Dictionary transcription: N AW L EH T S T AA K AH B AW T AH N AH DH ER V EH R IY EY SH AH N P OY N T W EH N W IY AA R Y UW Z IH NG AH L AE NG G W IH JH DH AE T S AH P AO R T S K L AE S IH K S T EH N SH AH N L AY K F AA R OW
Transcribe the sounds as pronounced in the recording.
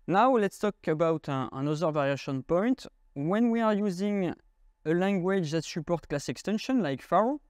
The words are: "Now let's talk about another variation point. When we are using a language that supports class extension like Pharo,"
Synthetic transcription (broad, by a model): N AW L EH T S T AA K AH B AW T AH N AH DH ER V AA R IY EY SH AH N P OY N T W EH N W IY AA R Y UW Z IH NG AH L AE NG G W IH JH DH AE T S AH P AO R T K L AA S IH K S T EH N SH AH N L AY K F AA R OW